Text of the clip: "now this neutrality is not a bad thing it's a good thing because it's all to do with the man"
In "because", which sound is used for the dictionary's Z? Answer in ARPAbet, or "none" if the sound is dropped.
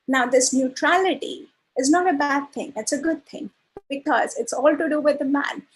Z